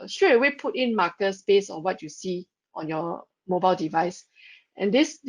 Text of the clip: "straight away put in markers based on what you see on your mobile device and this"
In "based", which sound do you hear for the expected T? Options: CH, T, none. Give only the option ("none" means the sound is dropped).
none